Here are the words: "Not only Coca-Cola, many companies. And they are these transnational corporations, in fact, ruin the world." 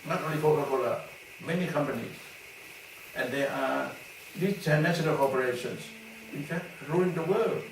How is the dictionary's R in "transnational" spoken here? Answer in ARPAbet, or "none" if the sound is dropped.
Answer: none